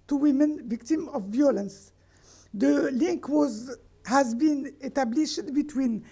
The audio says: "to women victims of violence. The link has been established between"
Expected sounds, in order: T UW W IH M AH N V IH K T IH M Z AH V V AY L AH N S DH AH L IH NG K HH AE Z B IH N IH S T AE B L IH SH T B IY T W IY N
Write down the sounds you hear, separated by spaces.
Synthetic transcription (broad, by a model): T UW W IH M AH N V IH K T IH M AH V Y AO L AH N S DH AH L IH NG K HH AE Z B IH N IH T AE B L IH SH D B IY T W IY N